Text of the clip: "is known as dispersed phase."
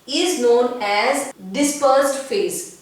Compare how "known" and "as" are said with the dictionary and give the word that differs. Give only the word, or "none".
none